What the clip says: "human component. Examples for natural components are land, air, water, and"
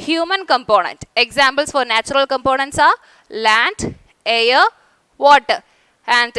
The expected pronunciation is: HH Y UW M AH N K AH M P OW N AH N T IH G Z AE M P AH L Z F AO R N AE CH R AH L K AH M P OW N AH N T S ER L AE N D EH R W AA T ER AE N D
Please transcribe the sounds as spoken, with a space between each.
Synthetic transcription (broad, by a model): HH Y UW M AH N K AH M P OW N AH N T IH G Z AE M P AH L S F AO R N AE CH R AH L K AH M P OW N AH N T S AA L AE N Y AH R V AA T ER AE N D